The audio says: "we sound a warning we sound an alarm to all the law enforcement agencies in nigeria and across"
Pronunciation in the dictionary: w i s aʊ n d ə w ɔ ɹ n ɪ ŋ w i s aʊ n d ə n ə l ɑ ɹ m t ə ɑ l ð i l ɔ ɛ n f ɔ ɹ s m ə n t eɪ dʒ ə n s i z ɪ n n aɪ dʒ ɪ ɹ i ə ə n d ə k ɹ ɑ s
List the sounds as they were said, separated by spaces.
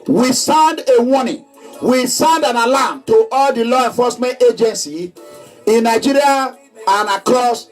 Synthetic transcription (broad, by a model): w i s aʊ n d ə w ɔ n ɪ w i s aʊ n d ə n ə l ɑ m t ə ɑ l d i l ɔ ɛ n f ɔ s m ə n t eɪ dʒ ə n s i ɪ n n aɪ dʒ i ɹ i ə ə n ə k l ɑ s